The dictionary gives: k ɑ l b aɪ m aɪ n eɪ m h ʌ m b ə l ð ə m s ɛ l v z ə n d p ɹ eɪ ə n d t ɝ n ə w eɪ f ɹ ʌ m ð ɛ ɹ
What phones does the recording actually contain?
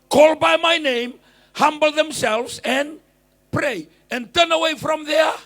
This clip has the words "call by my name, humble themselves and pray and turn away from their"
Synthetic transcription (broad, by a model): k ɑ l b aɪ m aɪ n eɪ m h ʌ m b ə l ð ə m s ɛ l v z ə n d p ɹ eɪ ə n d t ɝ n ə w eɪ f ɹ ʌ m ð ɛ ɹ